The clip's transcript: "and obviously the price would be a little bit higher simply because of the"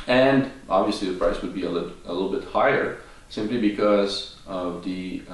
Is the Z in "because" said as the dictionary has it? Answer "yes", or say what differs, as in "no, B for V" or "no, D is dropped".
yes